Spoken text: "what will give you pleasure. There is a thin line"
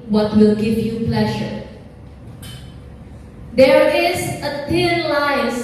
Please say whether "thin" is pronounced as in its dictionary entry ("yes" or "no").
no